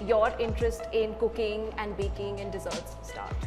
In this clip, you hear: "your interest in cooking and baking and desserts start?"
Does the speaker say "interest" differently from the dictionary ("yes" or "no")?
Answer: no